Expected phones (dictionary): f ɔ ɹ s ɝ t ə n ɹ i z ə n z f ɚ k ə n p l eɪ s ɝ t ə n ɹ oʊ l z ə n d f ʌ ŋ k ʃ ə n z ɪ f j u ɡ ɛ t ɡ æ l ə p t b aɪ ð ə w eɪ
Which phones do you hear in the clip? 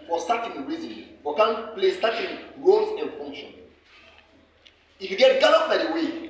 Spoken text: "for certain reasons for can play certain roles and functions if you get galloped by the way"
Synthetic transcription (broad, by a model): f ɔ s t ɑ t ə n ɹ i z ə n f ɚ k ə n p l eɪ s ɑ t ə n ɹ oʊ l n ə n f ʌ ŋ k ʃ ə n ɪ f j u ɡ ɛ t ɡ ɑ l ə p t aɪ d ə w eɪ